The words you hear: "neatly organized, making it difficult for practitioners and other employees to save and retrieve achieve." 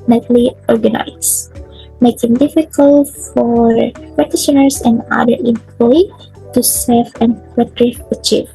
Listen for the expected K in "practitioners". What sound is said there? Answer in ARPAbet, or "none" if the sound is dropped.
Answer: none